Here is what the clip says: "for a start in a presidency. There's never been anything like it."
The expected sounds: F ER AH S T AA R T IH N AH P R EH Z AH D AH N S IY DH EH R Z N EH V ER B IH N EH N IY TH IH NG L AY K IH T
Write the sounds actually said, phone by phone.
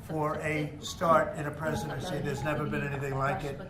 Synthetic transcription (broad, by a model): F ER AH S T AA R T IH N AH P R EH Z AH D AH N S IY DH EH R Z N EH V ER B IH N EH N IY TH IH NG L AY K IH T